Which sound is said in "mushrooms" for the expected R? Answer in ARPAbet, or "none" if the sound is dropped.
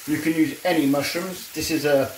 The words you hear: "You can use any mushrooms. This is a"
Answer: none